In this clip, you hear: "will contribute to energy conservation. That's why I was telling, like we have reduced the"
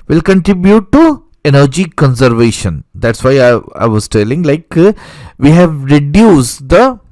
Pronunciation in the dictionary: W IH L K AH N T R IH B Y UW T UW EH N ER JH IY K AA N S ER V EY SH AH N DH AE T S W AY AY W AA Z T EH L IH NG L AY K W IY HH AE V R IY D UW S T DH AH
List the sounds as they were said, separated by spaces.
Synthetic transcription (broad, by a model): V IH L K AH N T R IH B Y UW T UW EH N ER JH IY K AA N S ER V EY SH AH N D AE T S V AY AY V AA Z T EH L IH NG L AY K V IY HH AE V R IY D UW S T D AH